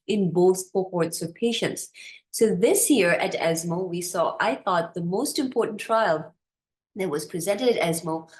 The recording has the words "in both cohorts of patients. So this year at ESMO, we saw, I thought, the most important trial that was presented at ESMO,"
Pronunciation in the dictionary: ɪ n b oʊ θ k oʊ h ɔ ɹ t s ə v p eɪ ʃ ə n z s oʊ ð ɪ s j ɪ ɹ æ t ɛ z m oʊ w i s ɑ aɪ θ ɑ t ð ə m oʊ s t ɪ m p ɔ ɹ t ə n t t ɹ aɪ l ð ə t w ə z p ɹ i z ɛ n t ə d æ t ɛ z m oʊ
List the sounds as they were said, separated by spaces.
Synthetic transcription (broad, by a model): ɪ n b oʊ θ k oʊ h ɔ ɹ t s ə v p eɪ ʃ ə n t s oʊ ð ɪ s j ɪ ɹ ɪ t ɛ z m oʊ w i s ɑ aɪ θ ɑ t ð ə m oʊ s t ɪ m p ɔ ɹ t n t t ɹ aɪ l ð ə t w ə z p ɹ i z ɛ n t ə d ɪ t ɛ z m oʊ